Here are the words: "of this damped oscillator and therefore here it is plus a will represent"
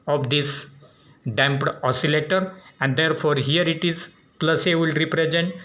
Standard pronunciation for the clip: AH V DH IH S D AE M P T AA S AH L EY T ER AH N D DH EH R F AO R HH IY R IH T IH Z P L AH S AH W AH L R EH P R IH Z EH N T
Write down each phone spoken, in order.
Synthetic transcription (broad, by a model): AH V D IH S D AE M P T AA S AH L EY T ER AH N D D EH R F AO R HH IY R IH T IH Z P L AH S AH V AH L R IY P R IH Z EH N T